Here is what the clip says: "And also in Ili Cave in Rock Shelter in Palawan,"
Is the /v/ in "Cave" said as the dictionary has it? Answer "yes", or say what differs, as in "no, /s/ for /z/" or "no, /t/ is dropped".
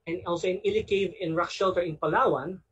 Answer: yes